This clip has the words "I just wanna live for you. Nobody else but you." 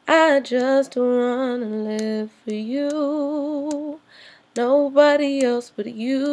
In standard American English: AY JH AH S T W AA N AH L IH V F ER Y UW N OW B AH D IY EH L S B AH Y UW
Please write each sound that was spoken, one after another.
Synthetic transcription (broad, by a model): AY JH AH S T W AA N AH L IH V F ER Y UW N OW B AH D IY EH L S B AH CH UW